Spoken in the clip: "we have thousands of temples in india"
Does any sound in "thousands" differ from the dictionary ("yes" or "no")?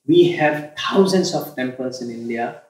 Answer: yes